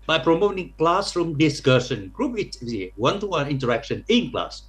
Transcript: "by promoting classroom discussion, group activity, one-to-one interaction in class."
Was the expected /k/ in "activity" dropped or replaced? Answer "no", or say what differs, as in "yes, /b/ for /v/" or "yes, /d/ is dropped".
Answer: yes, /k/ is dropped